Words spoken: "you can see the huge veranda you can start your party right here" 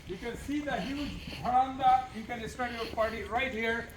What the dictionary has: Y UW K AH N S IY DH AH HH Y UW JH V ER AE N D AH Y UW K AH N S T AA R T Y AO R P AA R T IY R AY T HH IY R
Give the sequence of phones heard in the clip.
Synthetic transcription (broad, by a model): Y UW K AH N S IY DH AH HH Y UW JH B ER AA N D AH Y UW K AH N S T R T Y AO R P AA R T IY R AY T HH IY R